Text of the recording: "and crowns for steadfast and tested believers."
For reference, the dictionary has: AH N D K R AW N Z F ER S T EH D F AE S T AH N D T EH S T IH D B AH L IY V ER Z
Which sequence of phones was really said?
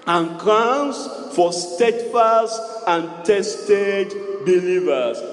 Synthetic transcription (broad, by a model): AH N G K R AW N S F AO S T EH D F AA S T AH N T EH S T IH D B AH L IY V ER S